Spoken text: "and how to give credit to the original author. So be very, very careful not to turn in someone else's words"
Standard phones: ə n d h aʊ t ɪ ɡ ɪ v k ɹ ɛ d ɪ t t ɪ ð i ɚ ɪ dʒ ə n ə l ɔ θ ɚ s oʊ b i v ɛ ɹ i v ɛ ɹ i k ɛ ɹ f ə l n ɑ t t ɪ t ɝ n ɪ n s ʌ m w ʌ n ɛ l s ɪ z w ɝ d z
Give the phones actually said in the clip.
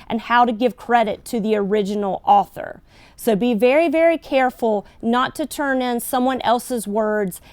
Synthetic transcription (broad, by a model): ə n h aʊ t ɪ ɡ ɪ v k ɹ ɛ d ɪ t t ɪ ð i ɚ ɪ dʒ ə n l ɔ θ ɚ s oʊ b i v ɛ ɹ i v ɛ ɹ i k ɛ ɹ f l n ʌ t t ɪ t ɝ n ɪ n s ʌ m w ʌ n ɛ l s ɪ z w ɝ d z